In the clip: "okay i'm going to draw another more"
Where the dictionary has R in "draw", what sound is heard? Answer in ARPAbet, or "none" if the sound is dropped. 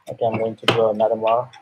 none